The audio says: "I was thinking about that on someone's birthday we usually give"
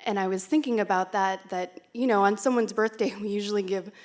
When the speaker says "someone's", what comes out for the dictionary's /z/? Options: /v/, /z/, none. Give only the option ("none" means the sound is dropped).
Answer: /z/